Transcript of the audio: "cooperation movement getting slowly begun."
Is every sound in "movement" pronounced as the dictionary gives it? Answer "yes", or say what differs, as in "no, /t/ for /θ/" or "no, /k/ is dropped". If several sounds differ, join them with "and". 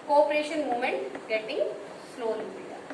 no, /v/ is dropped